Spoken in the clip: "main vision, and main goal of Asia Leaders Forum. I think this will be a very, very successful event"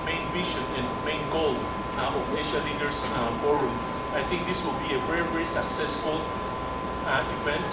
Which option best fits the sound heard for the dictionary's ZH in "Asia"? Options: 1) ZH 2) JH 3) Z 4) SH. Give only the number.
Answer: 4